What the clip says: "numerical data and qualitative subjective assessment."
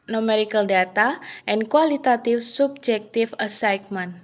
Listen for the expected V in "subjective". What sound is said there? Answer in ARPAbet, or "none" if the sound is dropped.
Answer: F